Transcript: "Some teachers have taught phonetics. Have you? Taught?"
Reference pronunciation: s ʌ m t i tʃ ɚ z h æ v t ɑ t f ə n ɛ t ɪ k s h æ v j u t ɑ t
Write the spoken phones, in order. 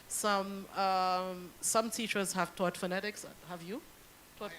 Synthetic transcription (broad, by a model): s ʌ m t i tʃ ɚ z h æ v t ɑ t f ə n ɛ t ɪ k s h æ v j u t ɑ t